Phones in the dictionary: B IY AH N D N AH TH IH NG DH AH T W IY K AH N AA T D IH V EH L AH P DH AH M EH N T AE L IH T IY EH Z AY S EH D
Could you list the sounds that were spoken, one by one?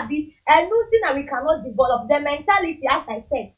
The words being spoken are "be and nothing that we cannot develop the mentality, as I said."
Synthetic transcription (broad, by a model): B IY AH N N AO T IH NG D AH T W IY K AH N AA T D IH V EH L AH P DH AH M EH N T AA L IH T IY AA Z AY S EH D